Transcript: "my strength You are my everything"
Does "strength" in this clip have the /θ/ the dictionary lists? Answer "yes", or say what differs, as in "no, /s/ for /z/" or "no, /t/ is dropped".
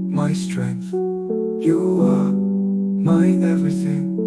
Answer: yes